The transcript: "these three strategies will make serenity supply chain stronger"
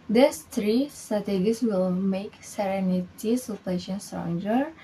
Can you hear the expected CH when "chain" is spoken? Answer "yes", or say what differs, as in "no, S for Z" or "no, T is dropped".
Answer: no, SH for CH